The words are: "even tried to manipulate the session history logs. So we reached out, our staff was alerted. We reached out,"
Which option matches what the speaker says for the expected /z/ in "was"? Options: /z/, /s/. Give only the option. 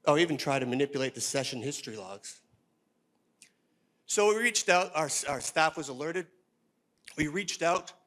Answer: /z/